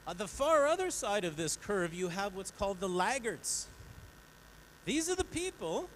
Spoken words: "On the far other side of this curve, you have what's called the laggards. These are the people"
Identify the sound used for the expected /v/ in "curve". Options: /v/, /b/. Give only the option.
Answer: /v/